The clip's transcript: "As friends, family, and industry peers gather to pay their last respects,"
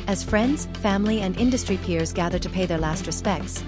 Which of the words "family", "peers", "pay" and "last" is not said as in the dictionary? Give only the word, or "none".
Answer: none